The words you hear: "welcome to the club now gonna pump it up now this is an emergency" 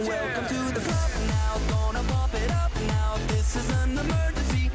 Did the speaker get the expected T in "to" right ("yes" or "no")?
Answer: yes